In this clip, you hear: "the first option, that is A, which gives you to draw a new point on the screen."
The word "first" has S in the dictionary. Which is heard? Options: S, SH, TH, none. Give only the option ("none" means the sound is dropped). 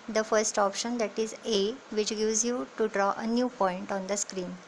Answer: S